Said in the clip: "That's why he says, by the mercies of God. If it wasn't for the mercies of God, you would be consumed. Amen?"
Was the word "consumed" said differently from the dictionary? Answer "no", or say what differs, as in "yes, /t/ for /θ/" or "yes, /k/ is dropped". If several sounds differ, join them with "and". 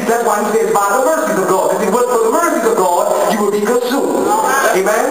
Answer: yes, /n/ is dropped